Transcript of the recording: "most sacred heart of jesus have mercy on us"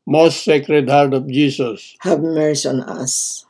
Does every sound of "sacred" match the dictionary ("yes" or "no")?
yes